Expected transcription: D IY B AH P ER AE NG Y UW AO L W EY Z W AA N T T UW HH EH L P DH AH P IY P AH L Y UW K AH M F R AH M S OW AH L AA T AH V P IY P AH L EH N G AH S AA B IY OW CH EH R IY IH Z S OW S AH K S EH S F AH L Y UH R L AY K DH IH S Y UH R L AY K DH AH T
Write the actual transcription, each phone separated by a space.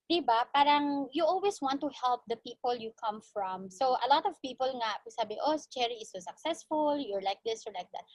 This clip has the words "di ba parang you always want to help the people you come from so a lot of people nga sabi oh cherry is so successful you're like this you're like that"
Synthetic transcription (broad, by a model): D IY B AH P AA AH NG Y UW AO L W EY S W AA N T T UW HH EH L P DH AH P IY P AH L Y UW K AH M F R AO M S OW AH L AA T AH V P IY P AH L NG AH S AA B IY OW CH EH R IY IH S OW S AH K S EH S F AH L Y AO R L AY K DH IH S Y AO R L AY K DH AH T